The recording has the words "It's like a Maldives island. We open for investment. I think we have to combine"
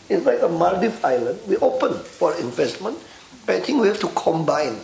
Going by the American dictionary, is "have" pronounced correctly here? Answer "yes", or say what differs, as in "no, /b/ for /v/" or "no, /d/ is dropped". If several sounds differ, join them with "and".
no, /f/ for /v/